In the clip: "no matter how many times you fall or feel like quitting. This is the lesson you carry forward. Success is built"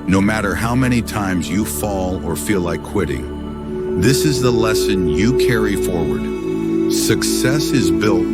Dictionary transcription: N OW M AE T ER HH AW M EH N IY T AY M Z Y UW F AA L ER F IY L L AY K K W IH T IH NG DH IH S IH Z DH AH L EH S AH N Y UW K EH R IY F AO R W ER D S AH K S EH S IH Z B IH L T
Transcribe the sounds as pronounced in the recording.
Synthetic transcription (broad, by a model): N OW M AE T ER HH AW M EH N IY T AY M Z Y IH F AA L ER F IY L L AY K K W IH T IH NG DH IH S IH Z DH AH L EH S AH N Y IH K EH R IY F AO R W ER D S AH K S EH S IH Z B IH L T